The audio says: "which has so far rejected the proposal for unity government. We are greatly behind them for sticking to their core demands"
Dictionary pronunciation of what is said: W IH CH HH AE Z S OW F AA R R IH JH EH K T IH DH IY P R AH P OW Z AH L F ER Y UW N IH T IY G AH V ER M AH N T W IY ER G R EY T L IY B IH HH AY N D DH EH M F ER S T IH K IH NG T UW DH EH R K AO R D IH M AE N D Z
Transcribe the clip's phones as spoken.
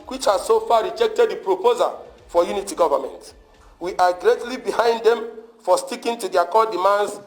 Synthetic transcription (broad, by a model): W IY CH HH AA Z S OW F AA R R IH JH EH K T IH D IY P R AH P OW Z AH L F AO Y UW N IH T IY G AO V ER M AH N T W IY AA G R EY T L IY B IH HH AY N D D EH M F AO S T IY K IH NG T UW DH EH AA K AO D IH M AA N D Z